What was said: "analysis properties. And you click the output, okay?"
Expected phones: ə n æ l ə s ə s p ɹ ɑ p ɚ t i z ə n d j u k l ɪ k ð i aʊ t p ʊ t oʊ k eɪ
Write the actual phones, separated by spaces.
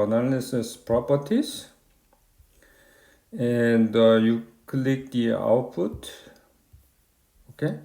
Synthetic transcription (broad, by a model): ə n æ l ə s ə s p ɹ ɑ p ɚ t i s ə n d j u k l ɪ k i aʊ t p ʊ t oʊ k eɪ